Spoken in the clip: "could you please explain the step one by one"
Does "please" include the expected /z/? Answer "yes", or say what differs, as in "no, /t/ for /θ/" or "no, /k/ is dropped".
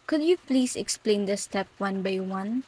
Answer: no, /s/ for /z/